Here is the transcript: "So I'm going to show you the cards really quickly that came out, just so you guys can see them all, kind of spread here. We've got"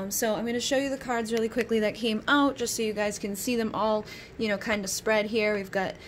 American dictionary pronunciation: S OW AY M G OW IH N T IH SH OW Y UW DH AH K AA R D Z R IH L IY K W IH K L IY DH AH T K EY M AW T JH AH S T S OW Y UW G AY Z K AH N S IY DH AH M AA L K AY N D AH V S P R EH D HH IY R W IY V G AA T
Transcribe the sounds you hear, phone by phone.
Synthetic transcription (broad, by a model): S OW AY M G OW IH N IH SH OW Y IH DH AH K AA R D Z R IH L IY K W IH K L IY DH AH T K EY M AW T JH AH S T S OW Y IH G AY Z K AH N S IY DH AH M AA L K AY N D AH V S P R EH D HH IY R W IY V G AA T